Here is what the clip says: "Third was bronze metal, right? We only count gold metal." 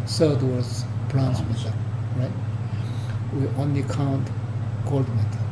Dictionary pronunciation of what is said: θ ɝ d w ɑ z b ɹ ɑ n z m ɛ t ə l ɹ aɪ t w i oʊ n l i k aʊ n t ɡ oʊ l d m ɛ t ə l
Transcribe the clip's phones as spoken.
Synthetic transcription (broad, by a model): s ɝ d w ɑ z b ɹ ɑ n s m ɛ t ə ɹ aɪ t w i oʊ n l i k aʊ n t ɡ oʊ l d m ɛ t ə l